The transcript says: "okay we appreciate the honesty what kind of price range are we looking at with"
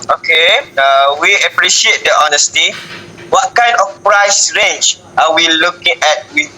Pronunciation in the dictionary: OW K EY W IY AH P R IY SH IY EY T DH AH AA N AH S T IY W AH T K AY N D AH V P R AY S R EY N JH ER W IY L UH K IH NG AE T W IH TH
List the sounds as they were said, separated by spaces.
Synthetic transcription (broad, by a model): OW K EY W IY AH P R IY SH IY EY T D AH AA N AH S T IY W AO T K AY N D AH F P R AY S R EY N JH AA W IY L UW K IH NG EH T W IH